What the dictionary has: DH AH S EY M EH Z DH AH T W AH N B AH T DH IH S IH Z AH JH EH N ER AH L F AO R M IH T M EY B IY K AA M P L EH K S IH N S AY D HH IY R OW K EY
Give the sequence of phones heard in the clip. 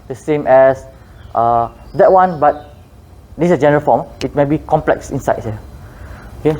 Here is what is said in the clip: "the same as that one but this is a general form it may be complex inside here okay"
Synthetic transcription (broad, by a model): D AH S EY M EH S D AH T W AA N B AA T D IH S AH JH EH N ER AH L F AO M IH T M EY B IY K AA M P L EH K S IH N S AY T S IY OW K EY